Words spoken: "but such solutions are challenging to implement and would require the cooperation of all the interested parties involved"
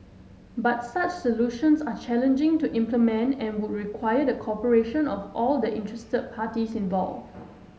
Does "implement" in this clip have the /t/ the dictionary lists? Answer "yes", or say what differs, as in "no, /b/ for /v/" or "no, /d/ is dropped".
yes